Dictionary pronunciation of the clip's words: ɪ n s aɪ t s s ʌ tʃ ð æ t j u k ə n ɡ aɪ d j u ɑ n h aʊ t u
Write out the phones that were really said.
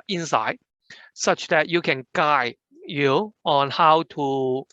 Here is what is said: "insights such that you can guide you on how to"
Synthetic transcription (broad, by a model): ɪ n s aɪ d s s ʌ tʃ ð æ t j u k ə n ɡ aɪ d j u ɑ n h aʊ t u